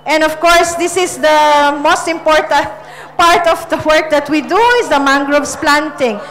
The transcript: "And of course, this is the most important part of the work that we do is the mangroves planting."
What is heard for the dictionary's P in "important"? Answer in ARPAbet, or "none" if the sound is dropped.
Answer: P